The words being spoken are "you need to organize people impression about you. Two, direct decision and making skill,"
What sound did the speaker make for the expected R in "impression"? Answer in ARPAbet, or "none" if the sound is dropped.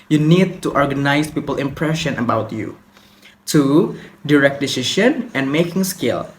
R